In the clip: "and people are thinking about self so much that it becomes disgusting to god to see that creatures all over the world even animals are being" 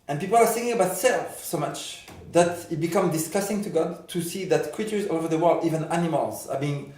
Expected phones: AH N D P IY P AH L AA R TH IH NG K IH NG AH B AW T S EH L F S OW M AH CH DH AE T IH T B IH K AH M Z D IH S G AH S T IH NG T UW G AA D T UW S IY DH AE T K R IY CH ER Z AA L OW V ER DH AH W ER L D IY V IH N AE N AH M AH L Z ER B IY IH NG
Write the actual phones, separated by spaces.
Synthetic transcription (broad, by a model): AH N P IY P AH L AA R S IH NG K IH NG AH B AW T S EH L F S OW M AH CH DH AE T IH T B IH K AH M D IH S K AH S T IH NG T UW G AA D T UW S IY DH AE T K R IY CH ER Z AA OW V ER DH AH W ER L D IY V IH N AE N AH M AH L Z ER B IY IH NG